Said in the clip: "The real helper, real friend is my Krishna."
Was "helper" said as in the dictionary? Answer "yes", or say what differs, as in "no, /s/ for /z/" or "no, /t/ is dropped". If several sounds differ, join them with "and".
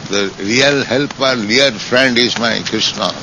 yes